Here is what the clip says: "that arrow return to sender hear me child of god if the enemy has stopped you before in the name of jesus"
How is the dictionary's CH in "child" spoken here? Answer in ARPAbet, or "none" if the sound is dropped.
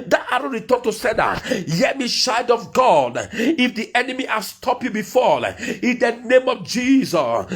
SH